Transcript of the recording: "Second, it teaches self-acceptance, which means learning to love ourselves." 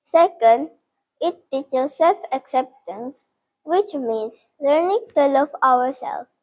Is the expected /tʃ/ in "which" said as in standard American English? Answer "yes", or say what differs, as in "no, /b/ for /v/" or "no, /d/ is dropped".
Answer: yes